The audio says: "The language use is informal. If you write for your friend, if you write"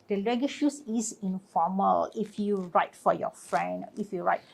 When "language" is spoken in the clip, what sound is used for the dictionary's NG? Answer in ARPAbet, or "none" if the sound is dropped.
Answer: none